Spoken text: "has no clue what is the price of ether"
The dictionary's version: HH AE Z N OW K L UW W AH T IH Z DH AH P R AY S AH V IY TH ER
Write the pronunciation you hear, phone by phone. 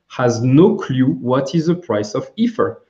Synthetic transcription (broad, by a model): HH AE Z N OW K L UW W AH T IH Z DH AH P R AY S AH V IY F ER